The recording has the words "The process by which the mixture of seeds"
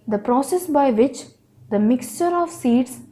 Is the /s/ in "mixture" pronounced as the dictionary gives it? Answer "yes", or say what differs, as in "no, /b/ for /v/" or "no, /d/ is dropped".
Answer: yes